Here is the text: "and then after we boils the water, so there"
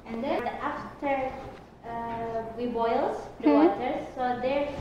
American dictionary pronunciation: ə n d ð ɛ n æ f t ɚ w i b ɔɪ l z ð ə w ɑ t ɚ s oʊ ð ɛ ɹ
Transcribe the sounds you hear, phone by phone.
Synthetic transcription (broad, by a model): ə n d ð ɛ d æ f t ɚ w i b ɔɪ l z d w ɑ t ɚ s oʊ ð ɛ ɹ